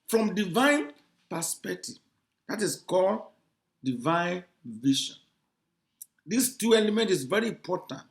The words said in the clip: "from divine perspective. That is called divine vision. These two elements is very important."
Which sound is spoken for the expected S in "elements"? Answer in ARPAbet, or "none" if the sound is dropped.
none